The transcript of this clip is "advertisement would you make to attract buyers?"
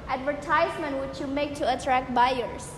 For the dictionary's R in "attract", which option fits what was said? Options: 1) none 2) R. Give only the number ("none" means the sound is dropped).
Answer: 2